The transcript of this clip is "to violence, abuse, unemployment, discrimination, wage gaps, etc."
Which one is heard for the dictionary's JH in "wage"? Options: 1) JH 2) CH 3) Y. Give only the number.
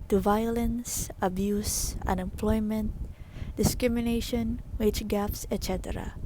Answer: 2